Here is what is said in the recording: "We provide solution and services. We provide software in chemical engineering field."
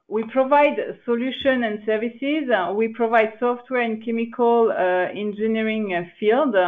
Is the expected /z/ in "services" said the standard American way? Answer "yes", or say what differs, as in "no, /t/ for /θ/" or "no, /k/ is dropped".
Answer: yes